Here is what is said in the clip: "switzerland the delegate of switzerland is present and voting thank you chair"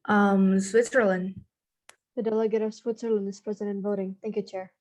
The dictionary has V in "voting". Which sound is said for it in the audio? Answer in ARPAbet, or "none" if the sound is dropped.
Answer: V